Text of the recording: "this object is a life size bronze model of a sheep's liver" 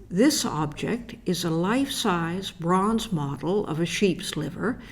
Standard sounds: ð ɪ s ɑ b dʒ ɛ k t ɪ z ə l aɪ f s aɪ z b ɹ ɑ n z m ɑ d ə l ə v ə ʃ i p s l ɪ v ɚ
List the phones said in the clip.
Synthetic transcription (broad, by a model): ð ɪ s ɑ b dʒ ɛ k t ɪ z ə l aɪ f s aɪ z b ɹ ɑ n z m ɑ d l ə v ə ʃ i p s l ɪ v ɚ